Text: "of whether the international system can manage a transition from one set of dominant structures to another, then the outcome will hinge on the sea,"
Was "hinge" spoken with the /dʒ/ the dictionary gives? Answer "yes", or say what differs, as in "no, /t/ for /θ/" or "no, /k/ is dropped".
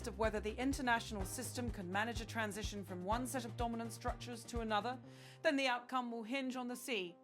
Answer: yes